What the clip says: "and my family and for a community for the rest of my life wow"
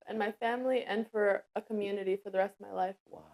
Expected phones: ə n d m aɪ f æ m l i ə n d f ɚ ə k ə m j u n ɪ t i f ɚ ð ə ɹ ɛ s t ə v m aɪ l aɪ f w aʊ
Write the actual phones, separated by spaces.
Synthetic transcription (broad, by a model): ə n m aɪ f æ m l i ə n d f ɚ ə k ə m j u n ɪ t i f ɚ ð ə ɹ ɛ s t ə v m aɪ l aɪ f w